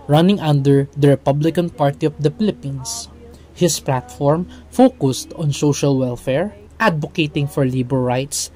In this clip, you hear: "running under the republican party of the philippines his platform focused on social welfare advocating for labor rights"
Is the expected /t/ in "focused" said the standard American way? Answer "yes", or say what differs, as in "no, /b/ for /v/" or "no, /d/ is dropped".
yes